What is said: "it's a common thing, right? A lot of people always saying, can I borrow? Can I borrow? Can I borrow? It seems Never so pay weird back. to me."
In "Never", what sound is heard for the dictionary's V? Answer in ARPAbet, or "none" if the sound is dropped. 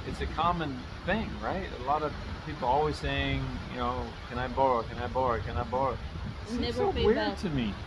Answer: B